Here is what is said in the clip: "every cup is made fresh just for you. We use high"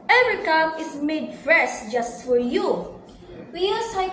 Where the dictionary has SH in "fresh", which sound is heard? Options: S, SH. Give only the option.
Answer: S